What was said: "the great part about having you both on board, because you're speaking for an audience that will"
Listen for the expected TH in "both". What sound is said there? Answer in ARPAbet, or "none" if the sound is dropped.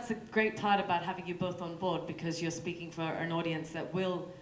TH